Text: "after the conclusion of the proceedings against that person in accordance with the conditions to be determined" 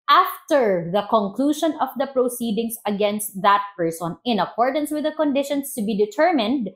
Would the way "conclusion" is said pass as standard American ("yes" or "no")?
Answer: no